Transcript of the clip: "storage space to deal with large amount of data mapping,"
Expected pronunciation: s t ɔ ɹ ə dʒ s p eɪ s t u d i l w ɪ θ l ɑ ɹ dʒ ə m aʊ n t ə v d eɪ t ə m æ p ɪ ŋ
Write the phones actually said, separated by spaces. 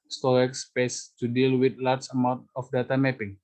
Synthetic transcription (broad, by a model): s t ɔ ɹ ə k s p eɪ s t u d i l w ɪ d l ɑ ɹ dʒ ə m aʊ n t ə f d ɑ t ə m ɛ p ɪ ŋ